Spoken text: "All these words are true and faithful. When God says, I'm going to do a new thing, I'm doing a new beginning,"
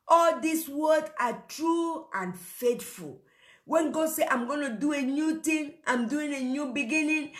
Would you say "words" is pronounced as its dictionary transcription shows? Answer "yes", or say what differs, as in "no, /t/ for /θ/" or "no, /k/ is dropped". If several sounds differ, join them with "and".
no, /z/ is dropped